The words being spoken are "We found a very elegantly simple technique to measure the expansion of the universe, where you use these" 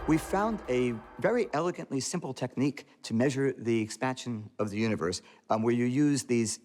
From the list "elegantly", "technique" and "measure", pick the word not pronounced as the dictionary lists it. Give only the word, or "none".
none